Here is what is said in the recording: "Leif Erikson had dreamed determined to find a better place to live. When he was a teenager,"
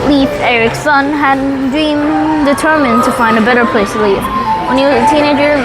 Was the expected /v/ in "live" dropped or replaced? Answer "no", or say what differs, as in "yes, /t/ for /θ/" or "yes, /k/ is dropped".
yes, /f/ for /v/